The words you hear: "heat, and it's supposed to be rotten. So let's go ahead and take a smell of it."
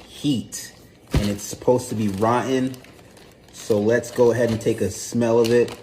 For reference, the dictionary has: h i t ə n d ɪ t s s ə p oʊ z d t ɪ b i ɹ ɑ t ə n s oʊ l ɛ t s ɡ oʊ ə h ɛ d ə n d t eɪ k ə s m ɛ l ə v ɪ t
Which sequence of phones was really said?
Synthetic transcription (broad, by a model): h i t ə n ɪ t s s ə p oʊ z t ɪ b i ɹ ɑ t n s oʊ l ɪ t s ɡ oʊ ə h ɛ d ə n t eɪ k ə s m ɛ l ə v ɪ t